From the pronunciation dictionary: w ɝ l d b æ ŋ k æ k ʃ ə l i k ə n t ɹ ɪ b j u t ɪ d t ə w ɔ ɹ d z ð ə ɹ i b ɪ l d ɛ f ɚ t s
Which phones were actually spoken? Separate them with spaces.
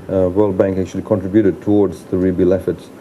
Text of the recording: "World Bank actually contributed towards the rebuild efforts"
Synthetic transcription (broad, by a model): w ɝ l d b æ ŋ k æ k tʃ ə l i k ə n t ɹ ɪ b j u t ɪ d t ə w ɔ ɹ d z ð ə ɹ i b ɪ l ɛ f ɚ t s